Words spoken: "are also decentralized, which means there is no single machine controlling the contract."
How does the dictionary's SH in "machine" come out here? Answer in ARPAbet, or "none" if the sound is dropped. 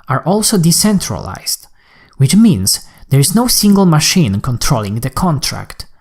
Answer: SH